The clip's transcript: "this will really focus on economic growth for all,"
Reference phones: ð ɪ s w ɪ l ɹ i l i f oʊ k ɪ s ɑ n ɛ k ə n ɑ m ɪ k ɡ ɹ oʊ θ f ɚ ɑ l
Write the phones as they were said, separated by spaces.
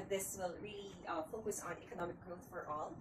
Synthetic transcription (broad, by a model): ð ɪ s w ɪ l ɹ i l i f oʊ k ɪ s n ɛ k ə n ɑ m ɪ k ɡ ɹ oʊ θ f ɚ ɑ l